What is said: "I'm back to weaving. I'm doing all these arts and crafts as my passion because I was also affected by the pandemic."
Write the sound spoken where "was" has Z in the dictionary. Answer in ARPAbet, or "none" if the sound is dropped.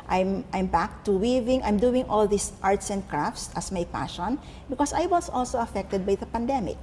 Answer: S